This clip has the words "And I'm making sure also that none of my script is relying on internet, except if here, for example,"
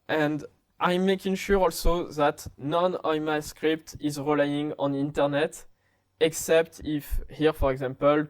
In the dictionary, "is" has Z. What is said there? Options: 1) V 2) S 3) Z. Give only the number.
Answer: 3